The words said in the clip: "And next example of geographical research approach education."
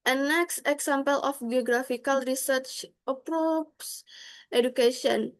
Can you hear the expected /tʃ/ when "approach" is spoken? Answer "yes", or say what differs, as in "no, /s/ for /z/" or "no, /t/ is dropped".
no, /s/ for /tʃ/